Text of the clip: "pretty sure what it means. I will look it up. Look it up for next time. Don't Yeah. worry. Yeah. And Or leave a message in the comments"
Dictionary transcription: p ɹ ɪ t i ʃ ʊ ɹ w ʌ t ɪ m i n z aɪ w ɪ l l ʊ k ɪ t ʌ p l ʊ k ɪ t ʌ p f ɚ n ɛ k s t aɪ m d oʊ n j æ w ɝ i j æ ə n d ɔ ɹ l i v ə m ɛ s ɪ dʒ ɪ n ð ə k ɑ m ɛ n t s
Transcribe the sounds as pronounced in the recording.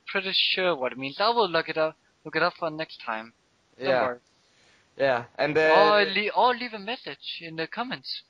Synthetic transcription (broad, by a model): p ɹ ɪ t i ʃ ʊ ɹ w ʌ t ɪ m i n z aɪ w ɪ l l ʊ k ɪ t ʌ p l ʊ k ɪ t ʌ p f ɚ n ɛ k s t aɪ m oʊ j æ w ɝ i j æ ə n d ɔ l l i v ə m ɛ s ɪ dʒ ɪ n ð ə k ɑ m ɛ n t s